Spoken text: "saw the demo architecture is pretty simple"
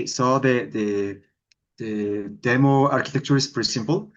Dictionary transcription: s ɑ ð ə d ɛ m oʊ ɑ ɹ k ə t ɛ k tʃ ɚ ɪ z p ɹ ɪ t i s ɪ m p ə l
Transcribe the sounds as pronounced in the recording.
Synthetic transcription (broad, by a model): s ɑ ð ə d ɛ m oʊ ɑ ɹ k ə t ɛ k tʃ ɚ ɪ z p ɔ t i s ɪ m p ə l